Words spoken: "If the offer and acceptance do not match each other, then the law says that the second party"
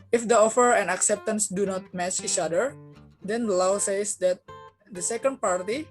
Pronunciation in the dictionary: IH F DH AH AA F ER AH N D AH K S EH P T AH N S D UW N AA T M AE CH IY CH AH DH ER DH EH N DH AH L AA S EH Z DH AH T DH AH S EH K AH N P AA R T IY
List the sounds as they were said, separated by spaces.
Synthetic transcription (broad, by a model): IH F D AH AA F ER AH N AH K S EH P T AH N S D UW N AA T M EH S IY CH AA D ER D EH N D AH L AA S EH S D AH T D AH S EH K AH N P AA R T IY